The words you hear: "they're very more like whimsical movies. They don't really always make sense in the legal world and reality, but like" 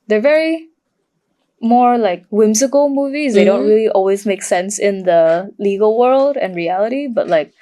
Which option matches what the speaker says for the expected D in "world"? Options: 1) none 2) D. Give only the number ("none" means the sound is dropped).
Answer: 2